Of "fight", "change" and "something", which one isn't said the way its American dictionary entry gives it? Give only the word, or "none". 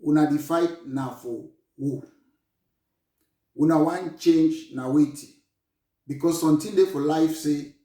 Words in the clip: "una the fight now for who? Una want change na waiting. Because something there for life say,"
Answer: something